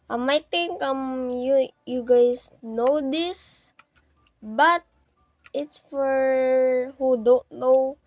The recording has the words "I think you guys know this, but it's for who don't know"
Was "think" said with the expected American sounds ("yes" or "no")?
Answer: no